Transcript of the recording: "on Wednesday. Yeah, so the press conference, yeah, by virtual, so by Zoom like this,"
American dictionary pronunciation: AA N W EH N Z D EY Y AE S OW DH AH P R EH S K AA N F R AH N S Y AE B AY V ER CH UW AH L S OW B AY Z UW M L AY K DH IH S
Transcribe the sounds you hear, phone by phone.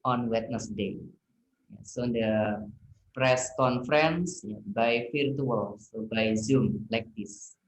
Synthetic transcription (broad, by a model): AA N W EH N S D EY Y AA S OW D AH P R EH S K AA N F R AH N S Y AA B AY F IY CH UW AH L S OW B AY Z UW M L AY K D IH S